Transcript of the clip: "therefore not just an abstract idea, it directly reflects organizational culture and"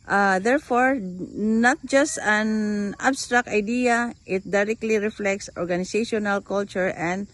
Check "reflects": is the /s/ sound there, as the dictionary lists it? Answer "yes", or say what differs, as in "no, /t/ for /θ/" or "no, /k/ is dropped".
yes